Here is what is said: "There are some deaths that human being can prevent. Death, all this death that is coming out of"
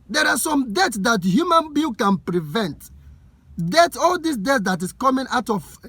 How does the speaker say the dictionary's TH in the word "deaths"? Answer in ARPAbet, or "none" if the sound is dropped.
T